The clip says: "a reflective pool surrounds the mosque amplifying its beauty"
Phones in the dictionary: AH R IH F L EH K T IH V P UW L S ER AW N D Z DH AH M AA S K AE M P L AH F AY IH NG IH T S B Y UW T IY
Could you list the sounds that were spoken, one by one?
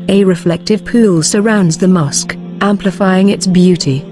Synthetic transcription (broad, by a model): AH R IH F L EH K T IH V P UW L S ER AW N D Z DH AH M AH S K AE M P L AH F AY IH NG IH T S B Y UW T IY